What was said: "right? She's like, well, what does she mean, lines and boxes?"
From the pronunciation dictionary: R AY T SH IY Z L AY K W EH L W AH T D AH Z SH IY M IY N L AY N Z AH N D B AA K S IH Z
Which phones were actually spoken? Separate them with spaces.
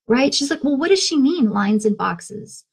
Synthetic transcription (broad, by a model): R AY T SH IY Z L AY K W EH L W AH T D AH Z SH IY M IY N L AY N Z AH N B AA K S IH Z